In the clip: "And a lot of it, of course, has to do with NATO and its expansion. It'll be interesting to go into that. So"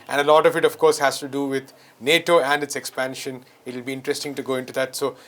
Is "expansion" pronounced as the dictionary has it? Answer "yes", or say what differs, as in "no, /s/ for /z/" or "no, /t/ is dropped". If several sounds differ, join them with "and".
yes